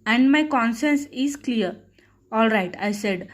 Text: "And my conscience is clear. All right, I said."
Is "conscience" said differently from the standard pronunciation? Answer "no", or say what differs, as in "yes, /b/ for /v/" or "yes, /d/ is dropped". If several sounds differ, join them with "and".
yes, /s/ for /ʃ/